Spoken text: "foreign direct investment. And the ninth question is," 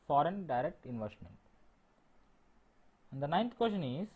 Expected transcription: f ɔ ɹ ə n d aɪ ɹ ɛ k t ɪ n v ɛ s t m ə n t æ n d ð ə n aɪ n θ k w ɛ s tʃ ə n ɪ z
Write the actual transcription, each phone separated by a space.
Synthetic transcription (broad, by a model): f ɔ ɹ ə n d aɪ ɹ ɛ k t ɪ n v ɛ s t m ə n t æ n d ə n aɪ n t k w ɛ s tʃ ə n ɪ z